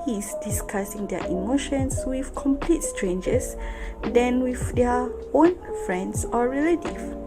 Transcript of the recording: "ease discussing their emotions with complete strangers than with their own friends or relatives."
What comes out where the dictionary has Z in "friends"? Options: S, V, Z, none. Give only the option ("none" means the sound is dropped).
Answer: S